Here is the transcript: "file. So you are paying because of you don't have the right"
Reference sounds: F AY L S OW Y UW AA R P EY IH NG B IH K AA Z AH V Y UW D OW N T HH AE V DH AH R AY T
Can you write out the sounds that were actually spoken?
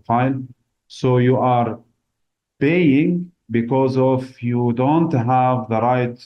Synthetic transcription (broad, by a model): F AY L S OW Y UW AA R P EY IH NG B IH K AA Z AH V Y UW D OW N T HH AE V DH AH R AY T